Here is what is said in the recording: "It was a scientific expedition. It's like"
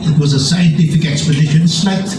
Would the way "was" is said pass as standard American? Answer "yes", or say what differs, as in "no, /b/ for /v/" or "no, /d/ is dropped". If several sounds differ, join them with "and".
yes